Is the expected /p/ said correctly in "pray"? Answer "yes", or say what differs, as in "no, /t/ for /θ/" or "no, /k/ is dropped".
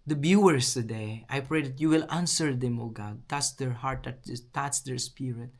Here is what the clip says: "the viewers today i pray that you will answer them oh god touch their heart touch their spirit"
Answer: yes